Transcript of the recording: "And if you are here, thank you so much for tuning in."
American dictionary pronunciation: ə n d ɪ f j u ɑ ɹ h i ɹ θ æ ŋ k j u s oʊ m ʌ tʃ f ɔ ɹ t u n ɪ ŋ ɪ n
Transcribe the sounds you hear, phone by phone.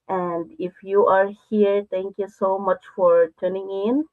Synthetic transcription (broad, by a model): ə n d ɪ f j u ɑ ɹ h i ɹ t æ ŋ k j u s oʊ m ʌ tʃ f ɔ ɹ t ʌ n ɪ ŋ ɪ n